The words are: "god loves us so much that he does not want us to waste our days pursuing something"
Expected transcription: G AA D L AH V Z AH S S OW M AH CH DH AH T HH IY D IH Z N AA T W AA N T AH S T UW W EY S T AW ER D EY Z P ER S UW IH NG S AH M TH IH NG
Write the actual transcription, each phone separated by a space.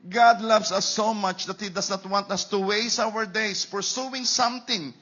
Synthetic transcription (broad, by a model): G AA D L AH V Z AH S S OW M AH CH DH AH T HH IY D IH S N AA T W AA N T AH S T UW W EY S AW ER D EY S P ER S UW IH NG S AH M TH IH NG